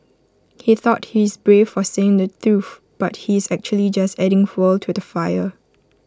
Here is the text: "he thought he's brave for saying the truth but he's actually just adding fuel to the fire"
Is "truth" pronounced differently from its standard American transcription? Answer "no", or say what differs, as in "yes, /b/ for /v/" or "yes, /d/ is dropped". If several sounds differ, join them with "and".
yes, /f/ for /θ/